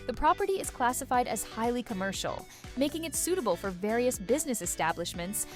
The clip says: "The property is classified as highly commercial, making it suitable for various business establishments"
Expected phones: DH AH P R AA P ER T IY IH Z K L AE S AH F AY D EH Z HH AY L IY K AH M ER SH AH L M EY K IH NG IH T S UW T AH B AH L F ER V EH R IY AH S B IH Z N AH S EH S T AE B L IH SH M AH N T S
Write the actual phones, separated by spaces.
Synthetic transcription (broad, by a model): DH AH P R AA P ER T IY IH Z K L AE S AH F AY D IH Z HH AY L IY K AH M ER SH L M EY K IH NG IH T S UW T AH B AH L F ER V EH R IY AH S B IH Z N AH S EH S T AE B L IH SH M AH N T S